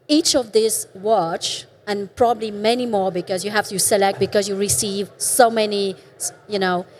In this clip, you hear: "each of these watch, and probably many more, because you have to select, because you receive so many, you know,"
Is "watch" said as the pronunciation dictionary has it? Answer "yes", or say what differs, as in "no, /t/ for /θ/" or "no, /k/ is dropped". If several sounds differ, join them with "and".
yes